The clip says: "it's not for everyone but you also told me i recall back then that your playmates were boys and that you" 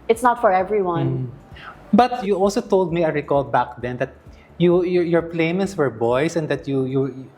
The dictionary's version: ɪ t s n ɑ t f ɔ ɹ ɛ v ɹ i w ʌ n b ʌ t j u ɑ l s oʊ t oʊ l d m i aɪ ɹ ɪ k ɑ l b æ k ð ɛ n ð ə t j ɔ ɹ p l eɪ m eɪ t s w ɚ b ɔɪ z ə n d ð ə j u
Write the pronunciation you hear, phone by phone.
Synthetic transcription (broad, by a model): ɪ t s n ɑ t f ɔ ɹ ɛ v ɹ i w ʌ n b ʌ t j u ɑ l s oʊ t oʊ l d m i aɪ ɹ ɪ k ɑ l b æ k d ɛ n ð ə t j ɔ ɹ p l eɪ m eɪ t s w ɚ b ɔɪ s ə n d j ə j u